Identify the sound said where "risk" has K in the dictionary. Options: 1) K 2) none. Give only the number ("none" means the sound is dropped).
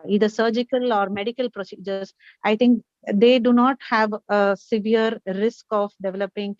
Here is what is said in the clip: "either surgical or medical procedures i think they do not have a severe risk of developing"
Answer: 1